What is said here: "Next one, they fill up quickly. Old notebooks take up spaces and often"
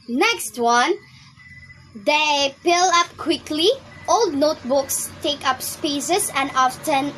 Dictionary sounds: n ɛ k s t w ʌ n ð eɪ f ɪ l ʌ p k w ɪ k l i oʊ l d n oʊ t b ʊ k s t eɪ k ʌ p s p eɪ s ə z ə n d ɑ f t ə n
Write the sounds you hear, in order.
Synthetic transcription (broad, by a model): n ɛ k s t w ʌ n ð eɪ p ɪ l ʌ p k w ɪ k l i oʊ l d n oʊ t b ʊ k s t eɪ k ʌ p s p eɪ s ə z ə n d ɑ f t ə n